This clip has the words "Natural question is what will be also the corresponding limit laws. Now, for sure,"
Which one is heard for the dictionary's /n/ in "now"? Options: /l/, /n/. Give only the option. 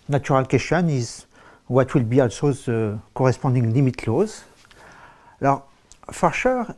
/l/